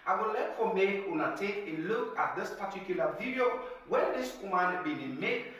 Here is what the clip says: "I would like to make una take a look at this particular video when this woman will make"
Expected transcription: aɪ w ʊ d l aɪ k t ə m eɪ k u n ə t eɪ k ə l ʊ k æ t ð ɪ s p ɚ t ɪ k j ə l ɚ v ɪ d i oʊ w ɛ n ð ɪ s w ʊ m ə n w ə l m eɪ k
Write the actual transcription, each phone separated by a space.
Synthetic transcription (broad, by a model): aɪ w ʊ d l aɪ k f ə m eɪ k u n ə t eɪ k ə l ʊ k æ t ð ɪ s p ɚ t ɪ k j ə l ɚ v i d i oʊ w ɛ n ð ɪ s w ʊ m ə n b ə n m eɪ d